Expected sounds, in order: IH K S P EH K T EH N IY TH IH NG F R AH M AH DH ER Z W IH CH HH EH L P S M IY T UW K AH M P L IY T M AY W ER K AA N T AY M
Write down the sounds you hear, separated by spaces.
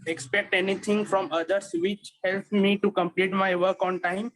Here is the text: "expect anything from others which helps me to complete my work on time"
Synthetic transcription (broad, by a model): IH K S P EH K T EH N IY T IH NG F R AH M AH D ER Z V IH CH HH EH L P M IY T UW K AH M P L IY T M AY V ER K AA N T AY M